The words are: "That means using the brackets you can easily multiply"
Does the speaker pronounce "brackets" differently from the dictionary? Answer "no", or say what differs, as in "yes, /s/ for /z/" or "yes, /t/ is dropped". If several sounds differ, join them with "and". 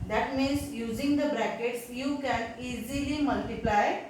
no